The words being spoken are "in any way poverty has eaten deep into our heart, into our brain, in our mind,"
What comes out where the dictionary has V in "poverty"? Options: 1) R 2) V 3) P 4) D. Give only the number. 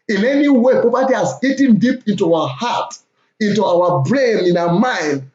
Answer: 3